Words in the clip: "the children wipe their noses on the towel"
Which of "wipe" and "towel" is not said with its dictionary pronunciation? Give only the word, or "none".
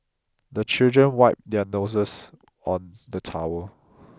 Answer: towel